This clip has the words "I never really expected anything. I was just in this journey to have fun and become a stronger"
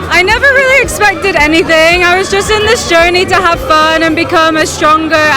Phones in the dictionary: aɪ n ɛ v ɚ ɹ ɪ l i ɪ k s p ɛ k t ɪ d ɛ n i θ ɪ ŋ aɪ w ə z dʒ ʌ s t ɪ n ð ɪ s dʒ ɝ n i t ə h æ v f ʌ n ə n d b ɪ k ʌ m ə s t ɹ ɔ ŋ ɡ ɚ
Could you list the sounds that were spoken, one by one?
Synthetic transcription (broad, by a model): aɪ n ɛ v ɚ ɹ ɪ l i ɪ k s p ɛ k t ɪ d ɛ n i θ ɪ ŋ aɪ w ə z dʒ ʌ s t ɪ n ð ɪ s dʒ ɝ n i t ə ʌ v f ʌ n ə n b ɪ k ʌ m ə s t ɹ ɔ ŋ ɡ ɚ